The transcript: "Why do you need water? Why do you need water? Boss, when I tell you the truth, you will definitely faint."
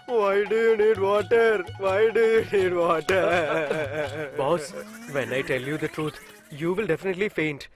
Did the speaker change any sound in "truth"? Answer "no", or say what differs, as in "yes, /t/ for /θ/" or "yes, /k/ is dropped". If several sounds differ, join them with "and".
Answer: yes, /t/ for /θ/